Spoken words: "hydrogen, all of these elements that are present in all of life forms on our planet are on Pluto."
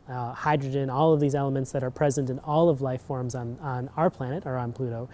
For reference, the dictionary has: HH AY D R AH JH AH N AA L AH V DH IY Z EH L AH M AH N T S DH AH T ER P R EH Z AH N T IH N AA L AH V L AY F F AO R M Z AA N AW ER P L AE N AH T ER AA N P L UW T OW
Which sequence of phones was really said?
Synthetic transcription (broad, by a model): HH AY D R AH JH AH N AA L AH V DH IY Z EH L AH M AH N T S DH AH T ER P R EH Z AH N T IH N AA L AH V L AY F F AO R M Z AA N AW ER P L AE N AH T ER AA N P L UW T OW